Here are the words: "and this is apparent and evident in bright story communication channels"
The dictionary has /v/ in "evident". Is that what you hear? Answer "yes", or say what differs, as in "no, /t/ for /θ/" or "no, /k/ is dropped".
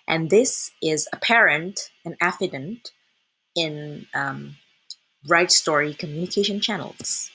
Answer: no, /f/ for /v/